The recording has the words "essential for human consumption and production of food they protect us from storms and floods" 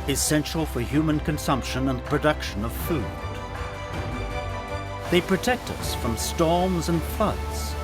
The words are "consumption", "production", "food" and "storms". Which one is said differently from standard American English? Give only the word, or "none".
none